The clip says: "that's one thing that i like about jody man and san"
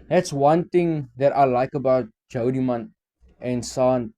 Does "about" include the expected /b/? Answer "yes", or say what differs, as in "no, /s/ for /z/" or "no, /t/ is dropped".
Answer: yes